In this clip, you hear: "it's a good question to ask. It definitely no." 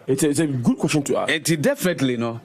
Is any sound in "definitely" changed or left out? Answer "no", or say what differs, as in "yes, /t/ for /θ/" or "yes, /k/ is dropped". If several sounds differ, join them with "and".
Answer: no